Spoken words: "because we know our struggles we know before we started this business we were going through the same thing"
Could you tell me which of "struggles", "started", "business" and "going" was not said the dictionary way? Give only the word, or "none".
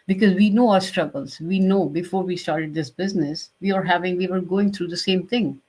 none